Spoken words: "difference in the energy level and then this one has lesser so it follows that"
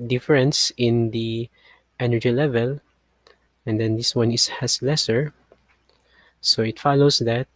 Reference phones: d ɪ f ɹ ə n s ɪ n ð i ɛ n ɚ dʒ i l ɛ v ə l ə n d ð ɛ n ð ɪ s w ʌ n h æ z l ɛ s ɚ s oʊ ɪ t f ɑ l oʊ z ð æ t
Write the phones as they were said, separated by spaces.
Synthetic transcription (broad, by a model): d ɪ f ɹ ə n s ɪ n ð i ɛ n ɚ dʒ i l ɛ v ə l ə n d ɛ n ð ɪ s w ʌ n h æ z l ɛ s ɚ s oʊ ɪ t f ɑ l oʊ s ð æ t